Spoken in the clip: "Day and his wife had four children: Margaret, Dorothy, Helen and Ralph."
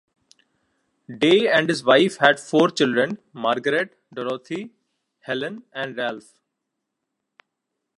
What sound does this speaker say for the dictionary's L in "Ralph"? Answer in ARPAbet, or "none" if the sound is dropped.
L